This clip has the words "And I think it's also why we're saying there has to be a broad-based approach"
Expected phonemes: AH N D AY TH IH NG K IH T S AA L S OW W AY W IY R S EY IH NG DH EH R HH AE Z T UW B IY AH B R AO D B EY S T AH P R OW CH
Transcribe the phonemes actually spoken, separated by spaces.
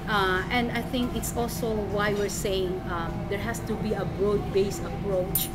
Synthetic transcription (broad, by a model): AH N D AY TH IH NG K IH T S AA L S OW W AY W IY R S EY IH NG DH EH R HH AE S T UW B IY AH B R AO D B EY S AH P R OW CH